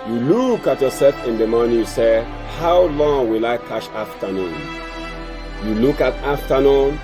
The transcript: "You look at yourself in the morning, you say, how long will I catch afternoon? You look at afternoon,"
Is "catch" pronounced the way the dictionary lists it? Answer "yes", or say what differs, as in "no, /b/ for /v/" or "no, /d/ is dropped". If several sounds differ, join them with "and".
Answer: no, /ʃ/ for /tʃ/